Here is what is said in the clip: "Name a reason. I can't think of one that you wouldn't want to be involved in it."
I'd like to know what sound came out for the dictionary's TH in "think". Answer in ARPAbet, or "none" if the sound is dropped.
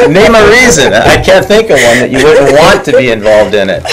TH